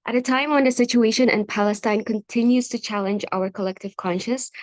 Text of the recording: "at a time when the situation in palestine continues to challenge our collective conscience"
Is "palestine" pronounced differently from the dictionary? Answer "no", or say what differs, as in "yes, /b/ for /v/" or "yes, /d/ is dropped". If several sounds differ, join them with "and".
no